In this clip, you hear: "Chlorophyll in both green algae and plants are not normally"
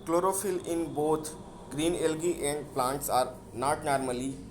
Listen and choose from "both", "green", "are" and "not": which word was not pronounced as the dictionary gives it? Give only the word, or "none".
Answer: both